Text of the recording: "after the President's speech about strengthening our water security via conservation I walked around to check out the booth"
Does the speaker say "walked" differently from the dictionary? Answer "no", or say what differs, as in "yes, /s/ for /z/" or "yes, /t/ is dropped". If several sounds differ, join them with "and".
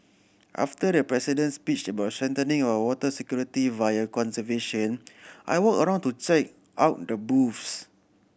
yes, /t/ is dropped